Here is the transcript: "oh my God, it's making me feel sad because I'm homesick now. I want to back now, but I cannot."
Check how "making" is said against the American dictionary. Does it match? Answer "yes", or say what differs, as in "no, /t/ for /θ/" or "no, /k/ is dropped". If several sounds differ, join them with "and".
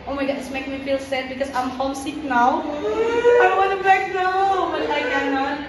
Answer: no, /k/ is dropped